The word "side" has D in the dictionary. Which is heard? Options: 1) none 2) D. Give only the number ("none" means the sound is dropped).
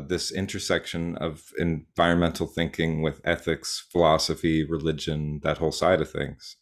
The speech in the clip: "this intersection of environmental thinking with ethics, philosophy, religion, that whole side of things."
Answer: 2